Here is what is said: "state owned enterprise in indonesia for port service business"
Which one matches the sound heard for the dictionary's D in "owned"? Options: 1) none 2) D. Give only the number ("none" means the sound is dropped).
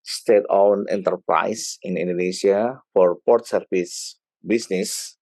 1